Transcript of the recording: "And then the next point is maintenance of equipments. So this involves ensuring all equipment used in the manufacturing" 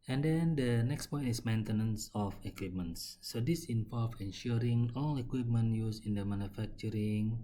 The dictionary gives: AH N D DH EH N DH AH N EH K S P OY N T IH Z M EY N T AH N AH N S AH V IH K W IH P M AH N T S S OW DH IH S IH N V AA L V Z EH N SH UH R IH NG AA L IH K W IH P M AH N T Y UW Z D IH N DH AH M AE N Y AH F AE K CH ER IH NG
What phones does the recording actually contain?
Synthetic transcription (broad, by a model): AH N D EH N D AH N EH K S P OY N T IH S M EY N T AH N AH N S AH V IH K W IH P M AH N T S S OW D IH S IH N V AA L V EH N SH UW R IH NG AA L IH K W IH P M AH N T Y UW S IH N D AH M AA N Y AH F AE K CH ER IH NG